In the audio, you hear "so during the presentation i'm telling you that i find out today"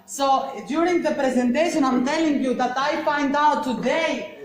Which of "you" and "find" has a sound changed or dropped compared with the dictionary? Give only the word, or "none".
find